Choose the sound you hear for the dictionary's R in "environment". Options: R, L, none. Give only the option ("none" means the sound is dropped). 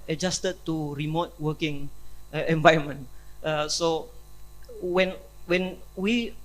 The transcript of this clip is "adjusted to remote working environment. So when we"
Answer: none